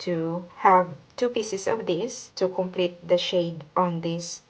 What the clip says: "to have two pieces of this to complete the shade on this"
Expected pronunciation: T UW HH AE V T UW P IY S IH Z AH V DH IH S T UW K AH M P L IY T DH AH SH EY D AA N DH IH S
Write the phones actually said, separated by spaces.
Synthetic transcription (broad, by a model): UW HH AE V T UW P IY S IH S AH V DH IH S T UW K AH M P L IY T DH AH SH EY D AA N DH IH S